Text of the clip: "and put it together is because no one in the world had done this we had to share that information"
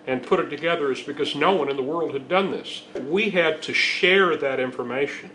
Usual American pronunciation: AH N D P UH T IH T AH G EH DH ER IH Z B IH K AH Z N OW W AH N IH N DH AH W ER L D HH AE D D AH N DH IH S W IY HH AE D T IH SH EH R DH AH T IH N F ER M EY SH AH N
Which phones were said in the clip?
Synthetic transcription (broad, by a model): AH N P UH T IH T AH G EH DH ER IH Z B IH K AH Z N OW W AH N IH N DH AH W ER L D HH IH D D AH N DH IH S W IY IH D T IH SH EH R DH AH T IH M F ER M EY SH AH N